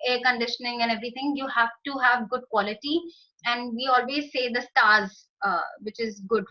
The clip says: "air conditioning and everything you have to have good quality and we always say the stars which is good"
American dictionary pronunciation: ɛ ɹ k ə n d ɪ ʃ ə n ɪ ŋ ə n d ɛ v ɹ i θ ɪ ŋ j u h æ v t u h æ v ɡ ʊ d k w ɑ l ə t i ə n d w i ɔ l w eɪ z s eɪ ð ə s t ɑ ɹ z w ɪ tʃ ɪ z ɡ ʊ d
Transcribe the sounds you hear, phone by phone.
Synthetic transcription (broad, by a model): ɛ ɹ k ə n d ɪ ʃ ə n ɪ ŋ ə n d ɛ v ɹ i t ɪ ŋ j u h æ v t u h æ v ɡ ʊ d k w ɑ l ə t i ə n d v i ɔ l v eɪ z s eɪ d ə s t ɑ ɹ z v ɪ tʃ ɪ z ɡ ʊ d